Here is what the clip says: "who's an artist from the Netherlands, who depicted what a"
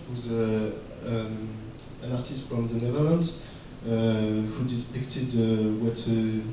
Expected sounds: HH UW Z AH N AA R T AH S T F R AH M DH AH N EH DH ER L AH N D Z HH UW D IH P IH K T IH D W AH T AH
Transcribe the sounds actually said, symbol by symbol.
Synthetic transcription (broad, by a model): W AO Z AH N AA R T AH S T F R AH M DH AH N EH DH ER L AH N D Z HH UW D IH P IH K T IH D W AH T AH